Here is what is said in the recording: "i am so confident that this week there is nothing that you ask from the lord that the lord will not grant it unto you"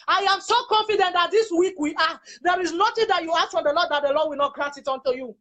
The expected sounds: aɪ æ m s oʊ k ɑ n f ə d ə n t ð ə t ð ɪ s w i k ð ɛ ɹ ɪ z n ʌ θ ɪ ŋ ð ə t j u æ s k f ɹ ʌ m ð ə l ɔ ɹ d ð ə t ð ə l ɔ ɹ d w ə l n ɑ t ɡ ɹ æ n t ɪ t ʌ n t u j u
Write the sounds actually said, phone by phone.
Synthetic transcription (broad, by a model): aɪ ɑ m s oʊ k ɑ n f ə d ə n t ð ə t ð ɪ s w i k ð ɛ ɹ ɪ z n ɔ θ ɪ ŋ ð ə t j u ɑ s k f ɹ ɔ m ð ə l ɔ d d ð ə t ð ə l ɔ d w ə l n ɑ t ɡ ɹ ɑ t ɪ t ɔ n t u j u